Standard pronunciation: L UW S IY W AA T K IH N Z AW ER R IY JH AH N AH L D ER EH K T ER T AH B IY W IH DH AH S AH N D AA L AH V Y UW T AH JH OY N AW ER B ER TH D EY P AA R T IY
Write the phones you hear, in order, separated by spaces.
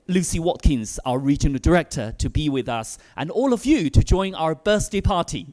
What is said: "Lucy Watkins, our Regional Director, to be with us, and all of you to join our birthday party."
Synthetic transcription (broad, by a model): L UW S IY W AA T K IH N Z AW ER R IY JH AH N AH L D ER EH K T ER T AH B IY W IH DH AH S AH N AA L AH V Y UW T AH JH OY N AW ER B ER S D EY P AA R T IY